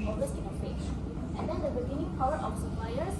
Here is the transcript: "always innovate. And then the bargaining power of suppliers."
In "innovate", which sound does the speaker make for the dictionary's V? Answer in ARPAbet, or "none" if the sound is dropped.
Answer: P